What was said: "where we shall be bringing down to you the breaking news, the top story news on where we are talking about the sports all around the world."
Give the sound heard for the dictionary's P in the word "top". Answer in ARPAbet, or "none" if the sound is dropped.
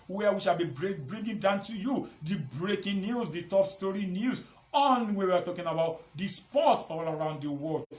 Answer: P